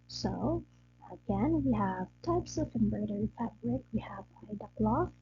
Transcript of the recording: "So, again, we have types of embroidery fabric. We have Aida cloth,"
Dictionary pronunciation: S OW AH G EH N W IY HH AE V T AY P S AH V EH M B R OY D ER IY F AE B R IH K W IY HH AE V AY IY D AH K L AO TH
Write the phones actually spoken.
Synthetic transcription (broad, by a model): S OW AH G EH N W IY HH AE V T AY P S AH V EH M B R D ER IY F AE B R IH K W IY HH AE V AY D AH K L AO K